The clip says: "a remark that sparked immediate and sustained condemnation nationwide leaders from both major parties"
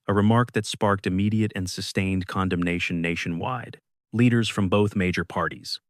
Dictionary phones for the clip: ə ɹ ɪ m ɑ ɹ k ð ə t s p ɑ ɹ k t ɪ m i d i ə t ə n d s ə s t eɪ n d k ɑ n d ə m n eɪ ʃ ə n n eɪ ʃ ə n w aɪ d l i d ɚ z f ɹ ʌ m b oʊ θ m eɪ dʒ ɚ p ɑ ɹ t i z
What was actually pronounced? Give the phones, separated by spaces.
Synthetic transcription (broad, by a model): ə ɹ ɪ m ɑ ɹ k ð ə t s p ɑ ɹ k t ɪ m i d i ə t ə n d s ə s t eɪ n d k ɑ n d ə m n eɪ ʃ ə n n eɪ ʃ ə n w aɪ d l i d ɚ z f ɹ ʌ m b oʊ θ m eɪ dʒ ɚ p ɑ ɹ t i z